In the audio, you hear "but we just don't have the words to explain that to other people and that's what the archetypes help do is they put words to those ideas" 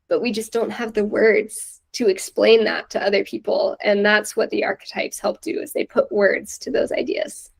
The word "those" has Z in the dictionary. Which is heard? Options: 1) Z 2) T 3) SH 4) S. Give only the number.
1